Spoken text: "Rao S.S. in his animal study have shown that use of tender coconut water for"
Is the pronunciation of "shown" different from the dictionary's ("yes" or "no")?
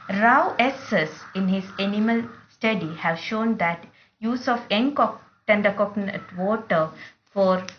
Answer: no